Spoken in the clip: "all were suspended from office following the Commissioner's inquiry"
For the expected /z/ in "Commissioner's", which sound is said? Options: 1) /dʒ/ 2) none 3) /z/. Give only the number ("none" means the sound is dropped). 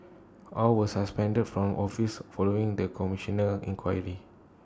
2